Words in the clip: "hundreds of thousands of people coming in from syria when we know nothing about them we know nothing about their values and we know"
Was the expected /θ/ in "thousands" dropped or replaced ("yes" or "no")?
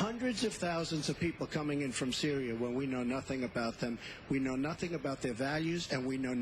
no